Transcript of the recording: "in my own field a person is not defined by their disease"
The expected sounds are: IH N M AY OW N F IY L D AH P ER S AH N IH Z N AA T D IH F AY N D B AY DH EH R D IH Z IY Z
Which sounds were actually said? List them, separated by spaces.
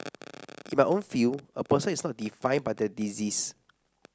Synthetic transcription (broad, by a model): IH N M AY OW N F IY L AH P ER S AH N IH S N AA T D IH F AY N B AY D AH D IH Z IY S